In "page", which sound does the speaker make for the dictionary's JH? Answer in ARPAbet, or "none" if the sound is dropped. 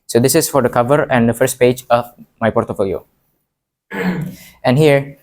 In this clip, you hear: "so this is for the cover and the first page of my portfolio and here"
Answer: JH